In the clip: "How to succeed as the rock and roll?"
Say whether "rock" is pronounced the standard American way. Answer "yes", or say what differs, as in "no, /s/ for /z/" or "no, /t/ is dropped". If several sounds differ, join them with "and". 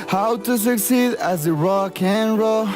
yes